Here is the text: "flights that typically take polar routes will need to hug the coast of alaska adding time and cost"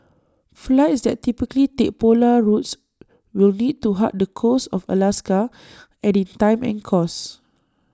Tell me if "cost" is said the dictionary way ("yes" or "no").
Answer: no